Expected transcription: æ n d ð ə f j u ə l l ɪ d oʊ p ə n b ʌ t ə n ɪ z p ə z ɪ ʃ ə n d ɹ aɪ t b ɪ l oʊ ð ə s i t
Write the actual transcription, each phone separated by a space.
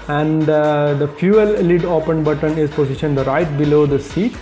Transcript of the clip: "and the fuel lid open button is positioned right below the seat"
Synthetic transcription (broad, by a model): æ n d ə f j u ə l l ɪ d oʊ p ə n b ʌ t ə n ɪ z p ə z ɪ ʃ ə n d ɹ aɪ t b ɪ l oʊ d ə s i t